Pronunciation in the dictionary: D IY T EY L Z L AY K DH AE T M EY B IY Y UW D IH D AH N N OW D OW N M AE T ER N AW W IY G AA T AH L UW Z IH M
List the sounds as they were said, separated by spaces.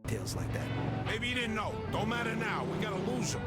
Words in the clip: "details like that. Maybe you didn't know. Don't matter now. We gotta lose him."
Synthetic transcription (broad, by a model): T EY L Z L AY K DH AE T M EY B IY Y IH D IH D N N OW D OW N M AE T ER N AW W IY G AA T AH L UW Z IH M